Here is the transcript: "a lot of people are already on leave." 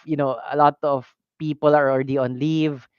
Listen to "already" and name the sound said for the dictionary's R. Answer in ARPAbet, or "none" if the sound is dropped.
R